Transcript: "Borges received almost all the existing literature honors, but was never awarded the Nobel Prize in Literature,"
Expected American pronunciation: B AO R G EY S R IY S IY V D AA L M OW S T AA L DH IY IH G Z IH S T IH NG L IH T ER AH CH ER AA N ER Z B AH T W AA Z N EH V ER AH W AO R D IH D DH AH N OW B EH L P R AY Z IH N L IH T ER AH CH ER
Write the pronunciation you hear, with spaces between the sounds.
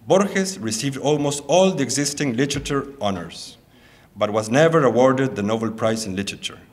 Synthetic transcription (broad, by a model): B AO R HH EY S R IY S IY V D AA L M OW S T AA L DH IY IH G Z IH S T IH NG L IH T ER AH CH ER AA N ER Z B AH T W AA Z N EH V ER AH W AO R D IH D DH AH N OW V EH L P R AY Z IH N L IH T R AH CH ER